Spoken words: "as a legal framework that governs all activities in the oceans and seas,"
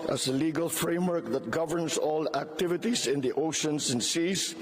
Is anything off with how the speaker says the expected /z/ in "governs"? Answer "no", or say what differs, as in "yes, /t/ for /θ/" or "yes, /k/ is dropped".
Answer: yes, /s/ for /z/